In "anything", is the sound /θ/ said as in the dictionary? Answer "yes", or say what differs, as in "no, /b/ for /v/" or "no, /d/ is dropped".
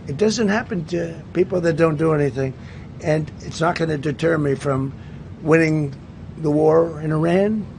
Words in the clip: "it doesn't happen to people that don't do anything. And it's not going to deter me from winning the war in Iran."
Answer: yes